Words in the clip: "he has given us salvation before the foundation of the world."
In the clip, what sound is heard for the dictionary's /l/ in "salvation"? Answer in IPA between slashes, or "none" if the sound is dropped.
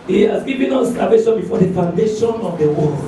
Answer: none